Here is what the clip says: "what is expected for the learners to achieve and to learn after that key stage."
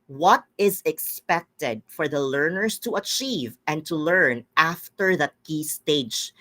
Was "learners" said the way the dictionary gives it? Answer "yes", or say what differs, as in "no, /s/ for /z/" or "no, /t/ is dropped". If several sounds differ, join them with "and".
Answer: no, /s/ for /z/